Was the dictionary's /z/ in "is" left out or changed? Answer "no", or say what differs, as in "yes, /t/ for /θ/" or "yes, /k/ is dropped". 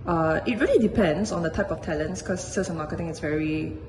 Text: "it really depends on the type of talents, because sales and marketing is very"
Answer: yes, /s/ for /z/